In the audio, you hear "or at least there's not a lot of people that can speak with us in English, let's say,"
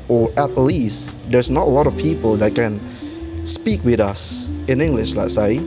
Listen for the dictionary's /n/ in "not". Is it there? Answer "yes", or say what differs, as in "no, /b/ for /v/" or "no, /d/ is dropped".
yes